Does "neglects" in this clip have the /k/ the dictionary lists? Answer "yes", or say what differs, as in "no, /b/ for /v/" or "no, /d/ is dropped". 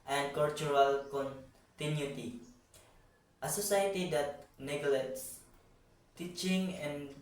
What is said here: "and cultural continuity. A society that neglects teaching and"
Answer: no, /k/ is dropped